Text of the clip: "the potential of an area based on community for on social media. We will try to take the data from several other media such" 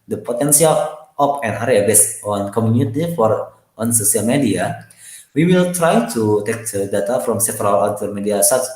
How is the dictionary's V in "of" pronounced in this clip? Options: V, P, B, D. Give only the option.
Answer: P